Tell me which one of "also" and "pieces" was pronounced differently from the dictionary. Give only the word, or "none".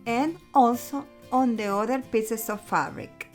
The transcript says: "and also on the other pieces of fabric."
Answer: pieces